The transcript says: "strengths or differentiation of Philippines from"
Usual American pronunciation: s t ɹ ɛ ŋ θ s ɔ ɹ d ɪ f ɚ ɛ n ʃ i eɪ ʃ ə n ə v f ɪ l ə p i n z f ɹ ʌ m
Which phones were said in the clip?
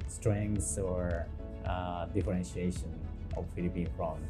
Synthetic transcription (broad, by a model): s t ɹ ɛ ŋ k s ɔ ɹ d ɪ f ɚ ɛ n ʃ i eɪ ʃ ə n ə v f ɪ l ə p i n f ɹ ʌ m